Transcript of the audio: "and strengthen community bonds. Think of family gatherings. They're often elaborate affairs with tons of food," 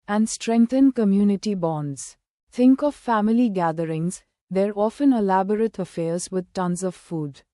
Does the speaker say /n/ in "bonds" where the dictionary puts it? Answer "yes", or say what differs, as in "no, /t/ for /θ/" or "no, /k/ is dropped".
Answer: yes